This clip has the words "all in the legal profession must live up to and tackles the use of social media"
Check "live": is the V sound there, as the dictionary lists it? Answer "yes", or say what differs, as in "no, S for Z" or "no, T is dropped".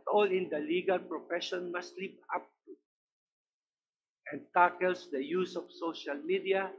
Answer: no, P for V